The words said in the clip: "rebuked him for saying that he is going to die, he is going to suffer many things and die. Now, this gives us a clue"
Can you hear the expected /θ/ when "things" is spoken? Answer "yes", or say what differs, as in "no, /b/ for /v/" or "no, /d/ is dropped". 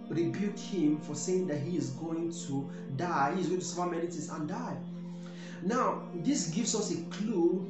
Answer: no, /t/ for /θ/